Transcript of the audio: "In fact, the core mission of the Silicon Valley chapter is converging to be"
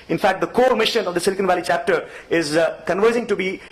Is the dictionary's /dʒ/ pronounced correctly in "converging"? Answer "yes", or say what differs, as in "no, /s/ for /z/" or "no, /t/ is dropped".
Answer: no, /z/ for /dʒ/